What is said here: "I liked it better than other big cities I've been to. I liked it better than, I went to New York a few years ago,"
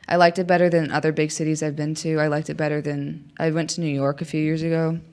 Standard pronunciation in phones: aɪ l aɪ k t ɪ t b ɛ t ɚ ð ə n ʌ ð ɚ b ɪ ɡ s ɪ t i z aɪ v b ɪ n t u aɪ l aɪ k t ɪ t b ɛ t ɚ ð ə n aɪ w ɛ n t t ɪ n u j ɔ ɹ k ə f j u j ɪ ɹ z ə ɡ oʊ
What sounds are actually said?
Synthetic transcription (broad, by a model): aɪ l aɪ k t ɪ t b ɛ t ɚ ð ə n ʌ ð ɚ b ɪ ɡ s ɪ t i z aɪ v b ɪ n t u aɪ l aɪ k t ɪ t b ɛ t ɚ ð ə n aɪ w ɛ n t t ɪ n u j ɔ ɹ k ə f j u j ɪ ɹ z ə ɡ oʊ